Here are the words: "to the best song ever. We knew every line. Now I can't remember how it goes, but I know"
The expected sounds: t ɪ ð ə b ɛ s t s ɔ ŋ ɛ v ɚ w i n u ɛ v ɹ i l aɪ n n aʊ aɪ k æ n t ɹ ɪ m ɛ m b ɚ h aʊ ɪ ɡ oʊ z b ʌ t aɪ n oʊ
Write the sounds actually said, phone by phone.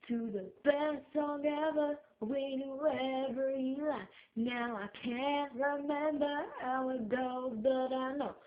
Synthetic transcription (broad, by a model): t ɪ ð ə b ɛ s s ɔ ŋ ɛ v ɚ w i n u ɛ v ɹ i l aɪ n n aʊ aɪ k æ n t ɹ ɪ m ɛ m b ɚ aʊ ɪ ɡ oʊ b ʌ t aɪ n oʊ